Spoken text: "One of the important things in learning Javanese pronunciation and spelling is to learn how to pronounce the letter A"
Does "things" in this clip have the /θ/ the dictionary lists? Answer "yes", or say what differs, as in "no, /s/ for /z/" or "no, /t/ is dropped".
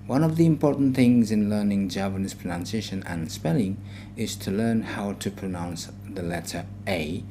yes